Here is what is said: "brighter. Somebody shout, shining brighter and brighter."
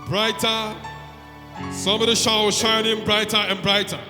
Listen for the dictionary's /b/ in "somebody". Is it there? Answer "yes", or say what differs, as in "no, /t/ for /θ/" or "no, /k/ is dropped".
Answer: no, /b/ is dropped